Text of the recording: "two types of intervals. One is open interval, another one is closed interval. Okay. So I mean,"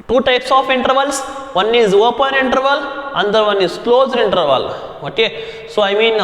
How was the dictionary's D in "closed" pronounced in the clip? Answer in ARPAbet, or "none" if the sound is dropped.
D